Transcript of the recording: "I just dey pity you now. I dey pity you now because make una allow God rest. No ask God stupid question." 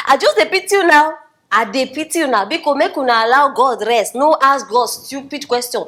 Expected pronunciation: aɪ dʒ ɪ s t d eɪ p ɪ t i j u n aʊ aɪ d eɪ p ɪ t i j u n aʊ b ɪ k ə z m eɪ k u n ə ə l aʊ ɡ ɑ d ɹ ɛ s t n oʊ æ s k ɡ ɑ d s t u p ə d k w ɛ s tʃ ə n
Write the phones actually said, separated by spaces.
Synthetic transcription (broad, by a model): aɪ dʒ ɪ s d eɪ p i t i j u n aʊ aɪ d eɪ p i t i j u n aʊ b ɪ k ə m eɪ k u n ə l aʊ ɡ ɑ d ɹ ɛ s t n oʊ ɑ s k ɡ ɑ d s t u p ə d k w ɛ s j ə n